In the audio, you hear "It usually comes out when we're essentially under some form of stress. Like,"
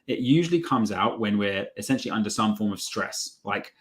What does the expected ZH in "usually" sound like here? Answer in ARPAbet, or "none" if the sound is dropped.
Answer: ZH